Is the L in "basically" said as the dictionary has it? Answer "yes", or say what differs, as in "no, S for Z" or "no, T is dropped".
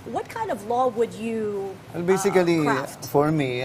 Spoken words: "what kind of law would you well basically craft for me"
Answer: no, L is dropped